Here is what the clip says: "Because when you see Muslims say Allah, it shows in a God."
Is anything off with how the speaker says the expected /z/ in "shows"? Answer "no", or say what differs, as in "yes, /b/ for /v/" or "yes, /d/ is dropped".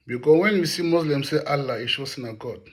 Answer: yes, /s/ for /z/